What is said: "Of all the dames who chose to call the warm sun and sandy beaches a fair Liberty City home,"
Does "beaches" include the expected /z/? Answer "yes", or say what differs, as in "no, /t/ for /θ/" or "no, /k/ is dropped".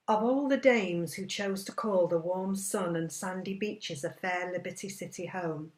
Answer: yes